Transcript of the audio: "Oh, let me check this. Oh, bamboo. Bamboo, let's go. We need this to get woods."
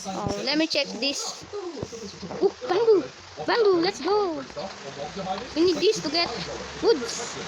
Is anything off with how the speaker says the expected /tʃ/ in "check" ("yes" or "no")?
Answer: no